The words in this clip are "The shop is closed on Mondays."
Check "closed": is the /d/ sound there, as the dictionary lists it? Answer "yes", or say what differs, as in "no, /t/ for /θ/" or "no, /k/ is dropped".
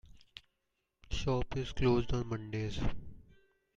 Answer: yes